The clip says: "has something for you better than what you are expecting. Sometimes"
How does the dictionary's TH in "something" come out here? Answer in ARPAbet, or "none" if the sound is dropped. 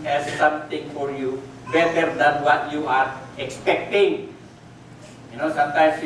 T